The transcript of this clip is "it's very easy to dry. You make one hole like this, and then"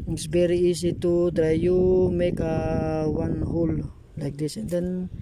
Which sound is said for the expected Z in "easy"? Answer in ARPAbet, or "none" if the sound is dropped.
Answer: S